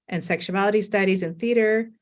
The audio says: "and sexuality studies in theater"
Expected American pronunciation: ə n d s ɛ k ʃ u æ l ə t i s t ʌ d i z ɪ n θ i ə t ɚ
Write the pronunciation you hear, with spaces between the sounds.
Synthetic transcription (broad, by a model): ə n s ɛ k ʃ u æ l ə t i s t ʌ d i z ɪ n θ i t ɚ